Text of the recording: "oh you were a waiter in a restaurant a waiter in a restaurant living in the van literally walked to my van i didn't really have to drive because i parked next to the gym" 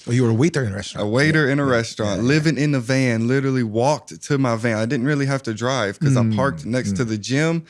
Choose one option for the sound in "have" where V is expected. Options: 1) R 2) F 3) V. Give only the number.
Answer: 2